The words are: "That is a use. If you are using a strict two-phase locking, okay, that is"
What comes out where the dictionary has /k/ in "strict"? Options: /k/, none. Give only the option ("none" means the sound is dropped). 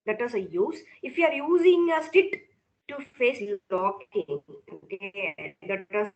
none